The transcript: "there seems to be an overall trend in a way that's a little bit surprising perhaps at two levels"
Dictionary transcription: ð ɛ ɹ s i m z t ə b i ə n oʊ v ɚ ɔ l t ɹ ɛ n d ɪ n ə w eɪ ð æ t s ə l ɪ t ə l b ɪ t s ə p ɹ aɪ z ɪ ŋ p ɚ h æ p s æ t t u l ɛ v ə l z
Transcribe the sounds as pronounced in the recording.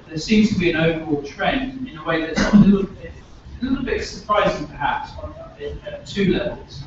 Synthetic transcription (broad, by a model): ð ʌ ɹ s i m z t ə b i ə n oʊ v ɚ ɔ l t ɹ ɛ n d ɪ n ə w eɪ ð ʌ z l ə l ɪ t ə l b ɪ t s ə p ɹ aɪ z ɪ ŋ p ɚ h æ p s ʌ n t u l ɛ v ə l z